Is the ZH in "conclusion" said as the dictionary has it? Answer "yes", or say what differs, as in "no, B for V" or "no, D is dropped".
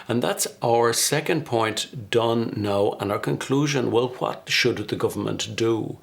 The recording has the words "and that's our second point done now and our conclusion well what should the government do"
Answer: yes